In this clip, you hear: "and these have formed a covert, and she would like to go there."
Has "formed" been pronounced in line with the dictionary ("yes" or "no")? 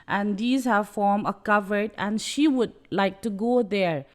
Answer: no